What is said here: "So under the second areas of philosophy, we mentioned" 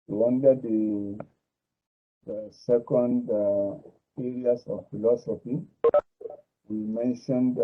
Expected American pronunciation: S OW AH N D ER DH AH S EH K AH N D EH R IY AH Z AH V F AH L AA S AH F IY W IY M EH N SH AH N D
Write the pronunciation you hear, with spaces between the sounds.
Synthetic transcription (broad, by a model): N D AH D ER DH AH S EH K AH N D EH R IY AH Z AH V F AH L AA S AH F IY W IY M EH N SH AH N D